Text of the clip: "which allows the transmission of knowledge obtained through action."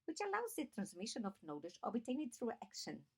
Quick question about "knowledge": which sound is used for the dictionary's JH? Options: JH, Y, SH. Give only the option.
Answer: SH